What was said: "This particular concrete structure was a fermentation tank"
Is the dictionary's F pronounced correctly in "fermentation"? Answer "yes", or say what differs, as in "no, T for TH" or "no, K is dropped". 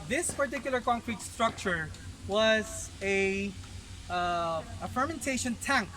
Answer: yes